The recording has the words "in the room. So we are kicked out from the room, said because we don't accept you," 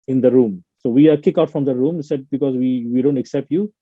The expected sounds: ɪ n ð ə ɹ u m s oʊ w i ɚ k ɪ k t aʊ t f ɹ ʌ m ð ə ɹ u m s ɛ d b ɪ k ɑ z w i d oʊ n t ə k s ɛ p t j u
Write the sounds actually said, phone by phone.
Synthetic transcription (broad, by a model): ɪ n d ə ɹ u m s oʊ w i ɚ k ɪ k aʊ t f ɹ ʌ m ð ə ɹ u m s ɛ d b ɪ k ɑ z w i d oʊ n t ə k s ɛ p t j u